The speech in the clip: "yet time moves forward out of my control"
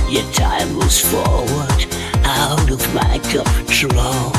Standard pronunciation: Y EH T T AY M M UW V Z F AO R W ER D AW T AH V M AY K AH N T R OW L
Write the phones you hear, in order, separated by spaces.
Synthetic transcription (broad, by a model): Y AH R T AY M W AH Z F AO R W ER D AW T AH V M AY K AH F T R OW